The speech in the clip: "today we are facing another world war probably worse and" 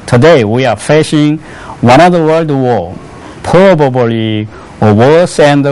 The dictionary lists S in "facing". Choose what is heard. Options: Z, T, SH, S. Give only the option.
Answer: SH